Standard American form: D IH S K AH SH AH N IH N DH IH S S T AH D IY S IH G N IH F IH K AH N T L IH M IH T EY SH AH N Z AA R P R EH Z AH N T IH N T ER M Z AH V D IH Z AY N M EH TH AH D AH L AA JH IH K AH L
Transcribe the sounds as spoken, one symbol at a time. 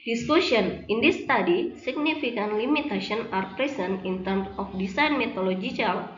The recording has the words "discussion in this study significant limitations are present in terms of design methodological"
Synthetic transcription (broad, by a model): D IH S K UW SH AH N IH N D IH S S T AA D IY S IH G N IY F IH K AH N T L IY M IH T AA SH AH N AA R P R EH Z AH N IH N T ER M S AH F D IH S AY N M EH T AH L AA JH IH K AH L